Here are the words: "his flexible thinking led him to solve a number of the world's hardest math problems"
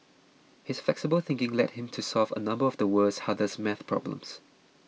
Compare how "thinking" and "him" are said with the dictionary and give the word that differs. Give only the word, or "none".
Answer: none